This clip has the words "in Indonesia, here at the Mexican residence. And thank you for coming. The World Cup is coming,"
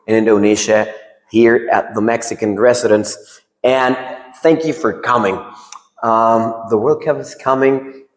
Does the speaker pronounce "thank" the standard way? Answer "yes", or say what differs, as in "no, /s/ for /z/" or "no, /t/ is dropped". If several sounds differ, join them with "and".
yes